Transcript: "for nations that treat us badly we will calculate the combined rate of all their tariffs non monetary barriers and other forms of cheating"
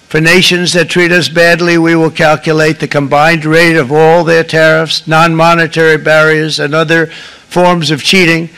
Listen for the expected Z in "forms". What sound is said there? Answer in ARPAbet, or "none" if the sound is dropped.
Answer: Z